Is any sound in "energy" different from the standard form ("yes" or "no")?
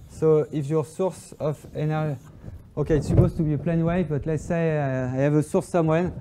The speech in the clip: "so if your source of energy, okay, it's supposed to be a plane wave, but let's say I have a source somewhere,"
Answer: yes